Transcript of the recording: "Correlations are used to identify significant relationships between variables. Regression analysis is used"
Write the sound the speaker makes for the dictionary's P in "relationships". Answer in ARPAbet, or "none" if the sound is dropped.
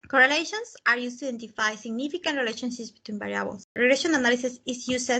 none